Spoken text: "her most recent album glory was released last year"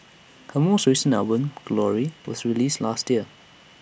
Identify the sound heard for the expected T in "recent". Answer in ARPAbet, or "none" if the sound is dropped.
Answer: none